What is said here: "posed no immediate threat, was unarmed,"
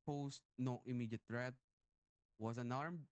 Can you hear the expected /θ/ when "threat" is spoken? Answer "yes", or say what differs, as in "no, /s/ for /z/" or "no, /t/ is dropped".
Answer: no, /t/ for /θ/